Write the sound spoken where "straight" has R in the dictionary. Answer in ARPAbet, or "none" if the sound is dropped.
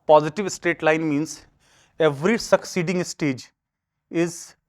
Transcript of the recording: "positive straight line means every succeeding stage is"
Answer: none